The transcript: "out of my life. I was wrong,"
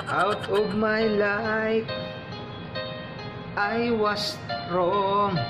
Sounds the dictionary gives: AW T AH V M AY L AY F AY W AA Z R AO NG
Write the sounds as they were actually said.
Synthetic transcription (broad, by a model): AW T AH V M AY L AY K AY W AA S R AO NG